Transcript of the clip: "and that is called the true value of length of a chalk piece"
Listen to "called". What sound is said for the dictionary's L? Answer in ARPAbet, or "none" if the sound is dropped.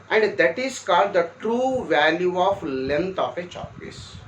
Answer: L